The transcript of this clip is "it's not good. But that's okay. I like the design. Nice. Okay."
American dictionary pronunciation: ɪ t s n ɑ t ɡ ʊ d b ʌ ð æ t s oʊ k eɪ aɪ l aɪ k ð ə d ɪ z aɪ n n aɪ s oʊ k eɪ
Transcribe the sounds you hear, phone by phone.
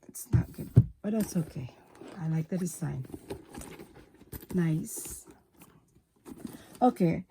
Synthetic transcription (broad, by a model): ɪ t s n ɑ t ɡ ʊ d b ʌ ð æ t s oʊ k eɪ aɪ l aɪ k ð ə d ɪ s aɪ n n aɪ s oʊ k eɪ